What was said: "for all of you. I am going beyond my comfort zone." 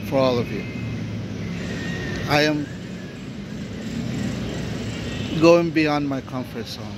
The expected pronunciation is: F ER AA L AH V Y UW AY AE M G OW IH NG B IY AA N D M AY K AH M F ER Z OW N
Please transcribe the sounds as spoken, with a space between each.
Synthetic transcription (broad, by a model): F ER AA L AH V Y UW AY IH M G OW IH NG B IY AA N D M AY K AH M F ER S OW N